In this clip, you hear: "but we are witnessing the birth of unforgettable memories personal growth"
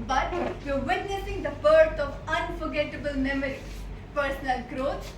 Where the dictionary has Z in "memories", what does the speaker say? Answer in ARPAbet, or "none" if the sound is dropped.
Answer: none